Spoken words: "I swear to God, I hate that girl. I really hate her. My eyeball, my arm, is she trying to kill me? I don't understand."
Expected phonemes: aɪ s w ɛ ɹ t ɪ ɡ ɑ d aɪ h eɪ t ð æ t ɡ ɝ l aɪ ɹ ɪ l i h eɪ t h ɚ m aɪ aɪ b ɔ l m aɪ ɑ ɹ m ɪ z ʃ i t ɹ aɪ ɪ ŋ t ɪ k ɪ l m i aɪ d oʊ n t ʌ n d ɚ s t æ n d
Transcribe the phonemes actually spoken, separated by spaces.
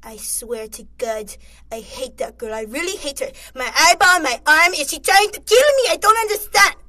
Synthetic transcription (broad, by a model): aɪ s w ɛ ɹ t ɪ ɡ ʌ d aɪ h eɪ t ð æ t ɡ ɝ l aɪ ɹ ɪ l i h eɪ t h ɚ m aɪ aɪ b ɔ n m aɪ ɑ ɹ m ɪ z ʃ i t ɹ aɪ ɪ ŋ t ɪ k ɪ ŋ m i aɪ d oʊ n t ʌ n d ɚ s t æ n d